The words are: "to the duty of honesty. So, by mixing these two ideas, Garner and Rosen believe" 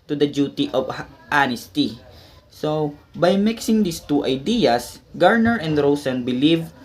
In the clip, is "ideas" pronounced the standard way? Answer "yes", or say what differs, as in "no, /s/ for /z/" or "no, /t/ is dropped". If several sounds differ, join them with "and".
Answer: no, /s/ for /z/